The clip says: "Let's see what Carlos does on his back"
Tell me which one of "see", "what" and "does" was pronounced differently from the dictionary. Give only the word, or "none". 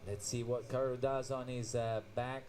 none